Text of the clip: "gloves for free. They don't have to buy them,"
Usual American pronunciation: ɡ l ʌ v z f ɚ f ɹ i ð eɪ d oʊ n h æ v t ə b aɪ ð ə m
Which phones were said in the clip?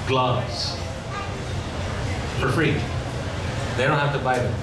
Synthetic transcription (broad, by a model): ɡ l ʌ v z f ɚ f ɹ i ð eɪ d oʊ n h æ f t ə b aɪ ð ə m